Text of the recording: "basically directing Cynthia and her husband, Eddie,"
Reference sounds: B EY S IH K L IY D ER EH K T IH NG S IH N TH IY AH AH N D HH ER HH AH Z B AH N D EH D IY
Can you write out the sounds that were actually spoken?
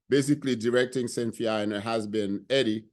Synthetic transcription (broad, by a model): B EY S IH K L IY D ER EH K T IH NG S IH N F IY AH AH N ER HH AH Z B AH N EH D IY